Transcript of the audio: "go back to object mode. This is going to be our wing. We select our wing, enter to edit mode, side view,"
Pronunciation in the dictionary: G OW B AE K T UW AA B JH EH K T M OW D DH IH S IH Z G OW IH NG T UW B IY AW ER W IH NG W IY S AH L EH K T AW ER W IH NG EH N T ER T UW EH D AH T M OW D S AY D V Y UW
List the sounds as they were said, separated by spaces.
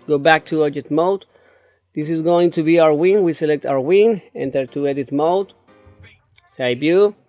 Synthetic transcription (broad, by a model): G OW B AE K T UW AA JH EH T M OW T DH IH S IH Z G OW IH NG T UW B IY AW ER W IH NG W IY S AH L EH K T AW ER W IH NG EH N T ER T UW EH D AH T M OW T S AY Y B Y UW